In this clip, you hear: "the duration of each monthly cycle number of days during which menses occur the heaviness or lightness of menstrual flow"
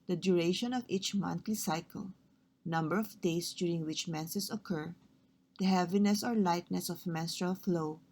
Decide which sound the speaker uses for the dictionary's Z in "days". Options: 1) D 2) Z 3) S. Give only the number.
3